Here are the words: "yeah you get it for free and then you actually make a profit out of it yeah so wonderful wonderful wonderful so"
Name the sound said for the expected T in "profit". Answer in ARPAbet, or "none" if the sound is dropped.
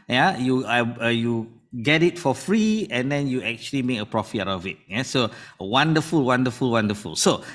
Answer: none